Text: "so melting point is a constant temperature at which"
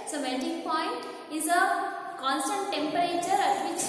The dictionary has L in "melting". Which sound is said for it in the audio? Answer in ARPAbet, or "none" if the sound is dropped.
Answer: N